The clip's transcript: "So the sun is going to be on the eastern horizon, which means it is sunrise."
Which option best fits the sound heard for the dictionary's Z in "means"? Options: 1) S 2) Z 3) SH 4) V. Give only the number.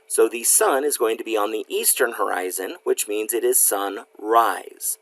2